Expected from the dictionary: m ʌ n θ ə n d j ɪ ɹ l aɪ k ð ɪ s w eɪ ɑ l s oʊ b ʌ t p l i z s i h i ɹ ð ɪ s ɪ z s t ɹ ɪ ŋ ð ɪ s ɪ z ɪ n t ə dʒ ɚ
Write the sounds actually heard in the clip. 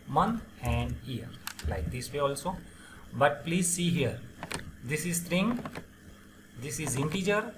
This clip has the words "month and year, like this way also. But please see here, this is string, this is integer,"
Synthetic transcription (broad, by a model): m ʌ n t ə n d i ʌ ɹ l aɪ k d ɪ s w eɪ ɑ l s oʊ b ʌ t p l i z s i h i ɹ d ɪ s ɪ z s t ɹ ɪ ŋ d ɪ s ɪ z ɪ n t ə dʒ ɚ